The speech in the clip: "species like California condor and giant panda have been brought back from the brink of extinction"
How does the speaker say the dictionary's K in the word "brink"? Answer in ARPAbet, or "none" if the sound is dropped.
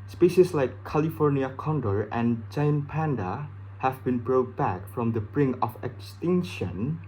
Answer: none